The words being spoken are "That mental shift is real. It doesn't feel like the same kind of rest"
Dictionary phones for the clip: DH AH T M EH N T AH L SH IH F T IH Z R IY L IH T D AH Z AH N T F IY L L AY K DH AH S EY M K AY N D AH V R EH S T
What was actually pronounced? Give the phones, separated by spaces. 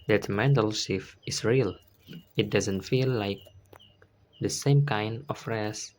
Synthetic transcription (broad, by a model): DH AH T M EH N T AH L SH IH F IH S R IY L IH T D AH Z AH N T F IY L L AY K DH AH S EY M K AY N D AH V R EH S